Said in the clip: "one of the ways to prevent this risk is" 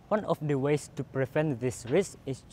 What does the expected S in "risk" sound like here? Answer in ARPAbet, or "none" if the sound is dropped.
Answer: S